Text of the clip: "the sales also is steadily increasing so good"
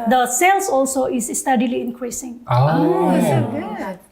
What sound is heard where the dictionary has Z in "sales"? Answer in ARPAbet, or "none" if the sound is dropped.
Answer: S